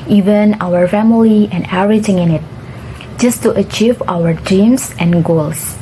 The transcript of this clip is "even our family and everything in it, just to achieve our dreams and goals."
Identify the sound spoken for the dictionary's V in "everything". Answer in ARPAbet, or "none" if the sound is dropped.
none